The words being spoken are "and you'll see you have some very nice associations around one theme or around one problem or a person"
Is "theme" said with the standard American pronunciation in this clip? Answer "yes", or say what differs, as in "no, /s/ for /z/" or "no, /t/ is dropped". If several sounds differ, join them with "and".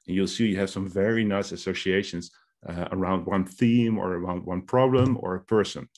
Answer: yes